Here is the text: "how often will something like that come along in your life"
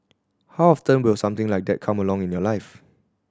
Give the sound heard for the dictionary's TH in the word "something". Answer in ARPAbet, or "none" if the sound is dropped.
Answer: T